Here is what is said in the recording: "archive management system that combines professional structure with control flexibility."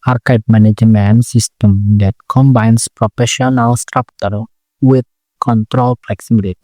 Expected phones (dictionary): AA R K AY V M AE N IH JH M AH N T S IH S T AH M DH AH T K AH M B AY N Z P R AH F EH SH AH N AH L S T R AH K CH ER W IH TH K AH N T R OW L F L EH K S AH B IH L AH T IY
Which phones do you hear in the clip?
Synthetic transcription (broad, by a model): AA R K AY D M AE N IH JH M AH N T S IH S T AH M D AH T K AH M B AY N S P R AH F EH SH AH N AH L S T R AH K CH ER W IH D K AH N T R OW L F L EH K S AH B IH L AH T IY